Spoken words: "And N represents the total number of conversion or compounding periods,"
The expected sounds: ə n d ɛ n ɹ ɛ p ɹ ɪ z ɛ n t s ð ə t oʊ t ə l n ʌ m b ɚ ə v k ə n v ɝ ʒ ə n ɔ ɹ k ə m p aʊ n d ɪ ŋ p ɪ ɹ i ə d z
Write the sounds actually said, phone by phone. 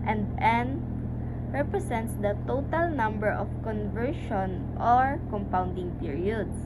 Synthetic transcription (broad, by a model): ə n d ɛ n ɹ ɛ p ɹ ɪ s ɛ n t s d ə t oʊ t ə l n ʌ m b ɚ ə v k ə n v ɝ ʃ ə n ɔ ɹ k ə m p aʊ n d ɪ ŋ p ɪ ɹ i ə d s